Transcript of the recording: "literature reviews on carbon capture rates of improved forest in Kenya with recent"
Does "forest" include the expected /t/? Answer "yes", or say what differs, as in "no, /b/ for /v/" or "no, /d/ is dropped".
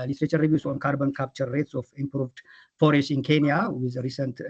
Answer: no, /t/ is dropped